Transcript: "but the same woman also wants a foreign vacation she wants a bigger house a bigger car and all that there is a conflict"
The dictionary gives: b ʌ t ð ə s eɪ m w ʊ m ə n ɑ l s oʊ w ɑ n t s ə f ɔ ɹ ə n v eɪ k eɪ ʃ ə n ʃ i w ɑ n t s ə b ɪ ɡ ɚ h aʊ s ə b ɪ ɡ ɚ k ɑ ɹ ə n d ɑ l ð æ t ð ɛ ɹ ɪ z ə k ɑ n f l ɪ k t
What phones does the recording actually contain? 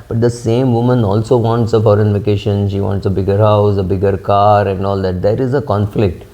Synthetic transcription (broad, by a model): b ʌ t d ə s eɪ m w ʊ m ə n ɑ l s oʊ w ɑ n t s ə f ɔ ɹ ə n v eɪ k eɪ ʃ ə n ʃ i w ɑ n t s ə b ɪ ɡ ɚ h aʊ s ə b ɪ ɡ ɚ k ɑ ɹ ə n d ɑ l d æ t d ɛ ɹ ɪ z ə k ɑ n f l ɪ k t